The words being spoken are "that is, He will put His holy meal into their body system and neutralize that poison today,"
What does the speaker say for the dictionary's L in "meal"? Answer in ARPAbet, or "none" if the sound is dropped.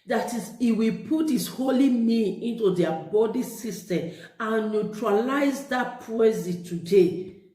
N